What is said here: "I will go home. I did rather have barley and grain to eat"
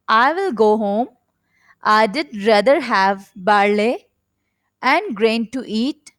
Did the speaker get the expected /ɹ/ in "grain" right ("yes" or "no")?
yes